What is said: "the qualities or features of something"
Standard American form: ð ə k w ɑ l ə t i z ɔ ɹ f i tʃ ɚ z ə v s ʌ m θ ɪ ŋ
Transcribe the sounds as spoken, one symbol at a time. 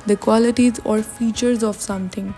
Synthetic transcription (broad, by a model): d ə k w ɑ l ə t i z ɔ ɹ f i tʃ ɚ z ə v s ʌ m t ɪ ŋ